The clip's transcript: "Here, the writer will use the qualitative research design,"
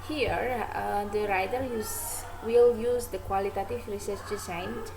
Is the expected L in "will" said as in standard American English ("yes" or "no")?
yes